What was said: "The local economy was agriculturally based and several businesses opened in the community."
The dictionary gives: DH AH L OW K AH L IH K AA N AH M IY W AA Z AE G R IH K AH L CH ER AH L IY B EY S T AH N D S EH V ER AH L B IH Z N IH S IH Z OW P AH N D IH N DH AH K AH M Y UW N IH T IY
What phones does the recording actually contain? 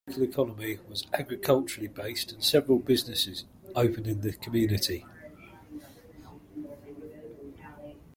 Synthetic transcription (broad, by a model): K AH L IH K AA N AH M IY W AA Z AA G R IH K AH L CH ER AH L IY B EY S T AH N S EH V ER AH L B IH Z N IH S IH Z OW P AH N IH N DH AH K AH M Y UW N IH T IY